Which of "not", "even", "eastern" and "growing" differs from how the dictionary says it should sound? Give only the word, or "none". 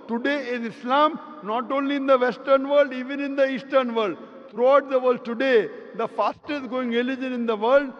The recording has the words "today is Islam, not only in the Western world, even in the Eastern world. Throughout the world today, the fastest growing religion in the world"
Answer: growing